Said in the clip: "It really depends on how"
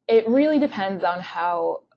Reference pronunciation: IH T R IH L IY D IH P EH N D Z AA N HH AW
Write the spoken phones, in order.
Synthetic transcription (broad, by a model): IH T R IH L IY D IH P EH N D Z N HH AW